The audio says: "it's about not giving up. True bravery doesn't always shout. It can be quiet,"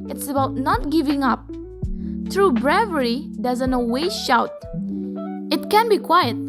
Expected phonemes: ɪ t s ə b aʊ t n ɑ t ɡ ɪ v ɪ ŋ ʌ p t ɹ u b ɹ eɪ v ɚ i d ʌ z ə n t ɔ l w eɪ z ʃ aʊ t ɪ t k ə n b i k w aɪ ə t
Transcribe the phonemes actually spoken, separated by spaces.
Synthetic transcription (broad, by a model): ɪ t s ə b aʊ t n ɑ t ɡ ɪ v ɪ ŋ ʌ p t ɹ u b ɹ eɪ v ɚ i d ʌ z ə n t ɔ w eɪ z ʃ aʊ t ɪ t k ə n b i k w aɪ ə t